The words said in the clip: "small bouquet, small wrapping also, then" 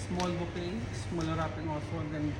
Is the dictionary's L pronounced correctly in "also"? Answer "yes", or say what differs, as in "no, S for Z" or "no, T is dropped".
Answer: no, L is dropped